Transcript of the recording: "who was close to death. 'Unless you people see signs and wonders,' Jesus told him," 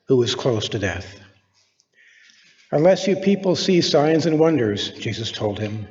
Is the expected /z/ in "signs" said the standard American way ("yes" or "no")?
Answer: yes